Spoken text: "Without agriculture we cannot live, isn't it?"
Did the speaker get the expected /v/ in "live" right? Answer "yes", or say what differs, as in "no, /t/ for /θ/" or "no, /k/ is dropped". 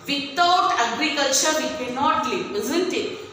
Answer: no, /v/ is dropped